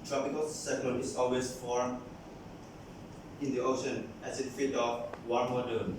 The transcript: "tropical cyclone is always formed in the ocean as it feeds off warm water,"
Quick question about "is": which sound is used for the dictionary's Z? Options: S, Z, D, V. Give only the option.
S